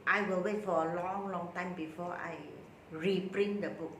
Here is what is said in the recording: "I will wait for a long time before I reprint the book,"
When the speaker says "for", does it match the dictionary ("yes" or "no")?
no